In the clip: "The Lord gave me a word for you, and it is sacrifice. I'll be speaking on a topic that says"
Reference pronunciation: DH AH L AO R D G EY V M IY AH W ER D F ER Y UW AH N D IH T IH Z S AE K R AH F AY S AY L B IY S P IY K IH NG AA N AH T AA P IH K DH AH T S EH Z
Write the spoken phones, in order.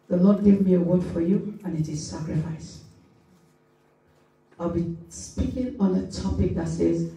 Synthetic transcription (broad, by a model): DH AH L AO D G EY V M IY AH W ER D F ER Y UW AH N IH T IH Z S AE K R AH F AY S AY L B IY S P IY K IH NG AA N AH T AA P IH K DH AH T S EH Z